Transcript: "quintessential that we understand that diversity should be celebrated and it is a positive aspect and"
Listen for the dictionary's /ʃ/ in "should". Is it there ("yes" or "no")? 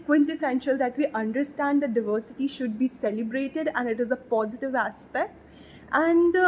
yes